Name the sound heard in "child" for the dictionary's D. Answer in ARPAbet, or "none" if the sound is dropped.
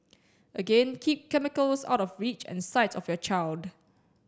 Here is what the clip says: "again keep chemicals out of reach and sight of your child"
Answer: D